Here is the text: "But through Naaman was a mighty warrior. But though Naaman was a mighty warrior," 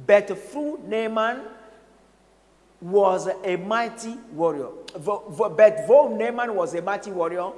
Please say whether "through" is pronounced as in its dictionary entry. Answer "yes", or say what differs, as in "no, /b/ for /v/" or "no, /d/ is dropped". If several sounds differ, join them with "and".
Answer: no, /f/ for /θ/